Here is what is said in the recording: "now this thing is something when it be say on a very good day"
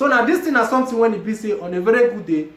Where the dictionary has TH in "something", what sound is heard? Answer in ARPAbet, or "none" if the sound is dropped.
T